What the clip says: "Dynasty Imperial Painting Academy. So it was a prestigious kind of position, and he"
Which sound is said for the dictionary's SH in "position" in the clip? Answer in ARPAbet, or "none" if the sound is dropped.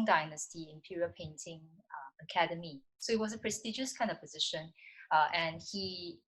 SH